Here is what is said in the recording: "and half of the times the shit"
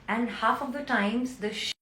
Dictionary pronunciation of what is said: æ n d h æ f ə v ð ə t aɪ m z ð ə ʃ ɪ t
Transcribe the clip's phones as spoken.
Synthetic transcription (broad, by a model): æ n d h æ f ə v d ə t aɪ m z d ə ʃ